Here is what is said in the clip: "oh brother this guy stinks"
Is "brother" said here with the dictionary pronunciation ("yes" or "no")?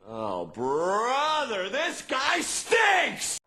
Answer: yes